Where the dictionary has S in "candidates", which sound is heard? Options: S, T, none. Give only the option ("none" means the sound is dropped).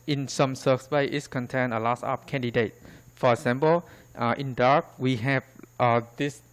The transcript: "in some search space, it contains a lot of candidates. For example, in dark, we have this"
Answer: none